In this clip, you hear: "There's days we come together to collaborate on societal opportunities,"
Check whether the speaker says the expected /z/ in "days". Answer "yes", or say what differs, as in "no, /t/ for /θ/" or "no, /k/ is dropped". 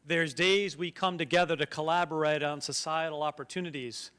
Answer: yes